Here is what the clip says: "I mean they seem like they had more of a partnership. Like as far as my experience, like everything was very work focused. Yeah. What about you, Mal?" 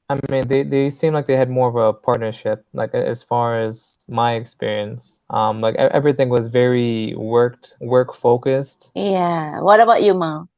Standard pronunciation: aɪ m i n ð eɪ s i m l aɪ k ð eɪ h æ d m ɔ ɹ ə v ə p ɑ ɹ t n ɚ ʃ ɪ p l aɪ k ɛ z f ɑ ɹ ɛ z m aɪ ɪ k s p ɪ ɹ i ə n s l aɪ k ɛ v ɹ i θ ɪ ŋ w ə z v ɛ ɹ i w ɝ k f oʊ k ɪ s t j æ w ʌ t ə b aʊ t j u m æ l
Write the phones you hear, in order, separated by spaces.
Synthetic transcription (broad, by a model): aɪ m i n ð eɪ s i m l aɪ k ð eɪ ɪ d m ɔ ɹ ə v ə p ɑ ɹ t n ɚ ʃ ɪ p l aɪ k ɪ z f ɑ ɹ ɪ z m aɪ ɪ k s p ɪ ɹ i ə n s l aɪ k ɛ v ɹ i θ ɪ ŋ w ə z v ɛ ɹ i w ɝ k f oʊ k ɪ s t j æ w ʌ t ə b aʊ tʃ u m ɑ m